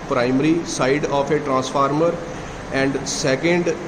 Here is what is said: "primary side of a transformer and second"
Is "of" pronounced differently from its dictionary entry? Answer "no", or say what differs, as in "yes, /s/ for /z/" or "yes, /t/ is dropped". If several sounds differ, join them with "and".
yes, /p/ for /v/